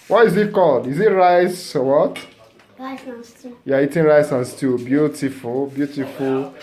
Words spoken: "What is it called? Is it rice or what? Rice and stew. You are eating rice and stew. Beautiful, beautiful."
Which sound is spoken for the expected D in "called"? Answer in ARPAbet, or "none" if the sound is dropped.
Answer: D